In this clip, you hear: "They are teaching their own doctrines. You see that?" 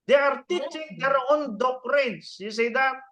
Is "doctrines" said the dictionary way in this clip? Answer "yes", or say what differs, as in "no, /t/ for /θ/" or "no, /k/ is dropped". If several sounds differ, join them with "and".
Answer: no, /s/ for /z/